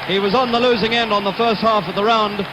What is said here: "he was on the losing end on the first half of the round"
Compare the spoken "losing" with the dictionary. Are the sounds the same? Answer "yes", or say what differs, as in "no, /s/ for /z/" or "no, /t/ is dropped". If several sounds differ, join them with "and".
yes